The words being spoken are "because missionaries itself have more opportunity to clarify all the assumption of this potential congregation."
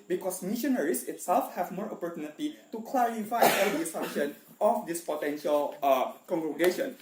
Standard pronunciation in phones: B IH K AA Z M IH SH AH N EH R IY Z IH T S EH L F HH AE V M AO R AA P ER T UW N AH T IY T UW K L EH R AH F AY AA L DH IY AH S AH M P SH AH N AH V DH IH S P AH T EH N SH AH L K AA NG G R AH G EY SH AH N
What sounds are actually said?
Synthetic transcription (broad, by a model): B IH K AA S M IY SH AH N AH R IY S IH T S EH L F HH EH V M AO R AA P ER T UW N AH T IY T UW K L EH R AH F AY AA L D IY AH S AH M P SH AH N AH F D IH S P AH T EH N SH AH L K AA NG G R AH G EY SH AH N